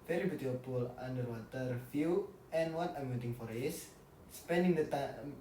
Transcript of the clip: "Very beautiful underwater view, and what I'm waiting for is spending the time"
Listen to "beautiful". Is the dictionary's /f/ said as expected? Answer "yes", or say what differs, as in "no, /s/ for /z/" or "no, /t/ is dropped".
no, /p/ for /f/